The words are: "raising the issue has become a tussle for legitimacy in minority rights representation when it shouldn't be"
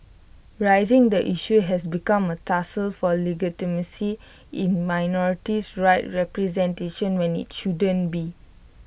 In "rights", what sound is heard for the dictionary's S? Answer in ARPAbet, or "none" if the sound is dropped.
none